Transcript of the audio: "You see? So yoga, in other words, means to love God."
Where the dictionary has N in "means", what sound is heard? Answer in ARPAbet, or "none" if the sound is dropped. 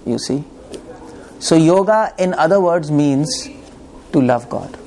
N